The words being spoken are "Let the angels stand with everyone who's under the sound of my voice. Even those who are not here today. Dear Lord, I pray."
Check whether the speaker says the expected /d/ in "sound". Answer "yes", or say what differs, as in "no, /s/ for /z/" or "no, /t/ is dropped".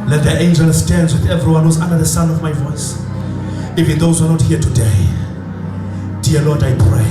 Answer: no, /d/ is dropped